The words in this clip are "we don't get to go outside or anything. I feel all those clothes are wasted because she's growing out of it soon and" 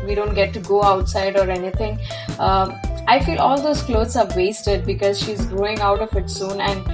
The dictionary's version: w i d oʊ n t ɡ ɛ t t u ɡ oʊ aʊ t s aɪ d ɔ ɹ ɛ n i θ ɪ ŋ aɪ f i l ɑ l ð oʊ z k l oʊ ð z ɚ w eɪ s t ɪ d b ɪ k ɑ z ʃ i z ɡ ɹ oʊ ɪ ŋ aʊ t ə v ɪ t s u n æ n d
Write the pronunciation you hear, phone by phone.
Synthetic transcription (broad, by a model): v i d oʊ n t ɡ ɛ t t u ɡ oʊ aʊ t s aɪ d ɔ ɹ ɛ n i t ɪ ŋ aɪ f i l ɑ l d oʊ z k l oʊ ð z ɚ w eɪ s t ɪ d b ɪ k ɑ z ʃ i z ɡ ɹ oʊ ɪ ŋ aʊ t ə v ɪ t s u n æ n d